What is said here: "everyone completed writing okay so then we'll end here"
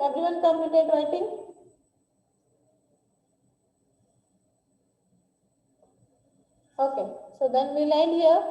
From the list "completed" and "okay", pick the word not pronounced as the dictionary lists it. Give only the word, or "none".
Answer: completed